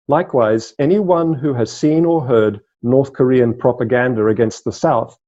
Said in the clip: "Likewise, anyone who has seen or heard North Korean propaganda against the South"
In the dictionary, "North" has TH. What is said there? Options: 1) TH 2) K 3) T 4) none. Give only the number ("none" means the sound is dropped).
1